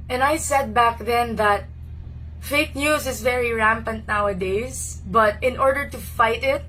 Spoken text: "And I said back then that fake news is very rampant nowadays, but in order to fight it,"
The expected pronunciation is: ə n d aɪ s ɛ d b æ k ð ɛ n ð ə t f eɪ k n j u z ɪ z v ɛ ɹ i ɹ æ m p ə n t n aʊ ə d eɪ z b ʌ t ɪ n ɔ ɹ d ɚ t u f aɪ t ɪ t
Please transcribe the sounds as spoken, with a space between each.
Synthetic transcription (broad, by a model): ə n aɪ s ɛ d b æ k ð ɛ n ð ə t f eɪ k n j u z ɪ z v ɛ ɹ i ɹ æ m p ə n t n aʊ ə d eɪ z b ʌ t ɪ n ɔ ɹ d ɚ t u f aɪ t ɪ t